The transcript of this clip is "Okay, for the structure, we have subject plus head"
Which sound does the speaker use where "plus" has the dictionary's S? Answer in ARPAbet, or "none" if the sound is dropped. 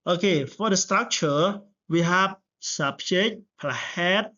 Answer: none